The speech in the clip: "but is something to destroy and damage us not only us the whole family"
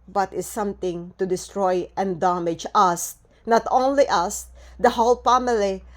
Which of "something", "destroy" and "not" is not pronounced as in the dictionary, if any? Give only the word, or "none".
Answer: something